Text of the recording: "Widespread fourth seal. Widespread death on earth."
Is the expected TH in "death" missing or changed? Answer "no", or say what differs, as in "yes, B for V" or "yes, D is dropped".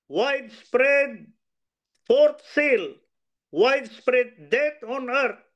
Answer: yes, T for TH